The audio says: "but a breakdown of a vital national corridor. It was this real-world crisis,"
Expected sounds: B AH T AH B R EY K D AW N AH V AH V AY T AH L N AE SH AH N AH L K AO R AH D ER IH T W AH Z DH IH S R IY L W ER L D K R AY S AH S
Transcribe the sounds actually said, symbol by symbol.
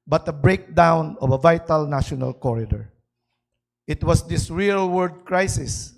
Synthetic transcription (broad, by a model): B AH T AH B R EY K D AW N AH V AH V AY T AH L N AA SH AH N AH L K AO R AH D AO IH T W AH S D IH S R IY L W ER D K R AY S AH S